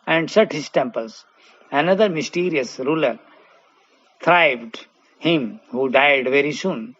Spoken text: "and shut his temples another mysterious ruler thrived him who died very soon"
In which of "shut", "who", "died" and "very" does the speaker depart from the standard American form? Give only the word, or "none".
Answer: shut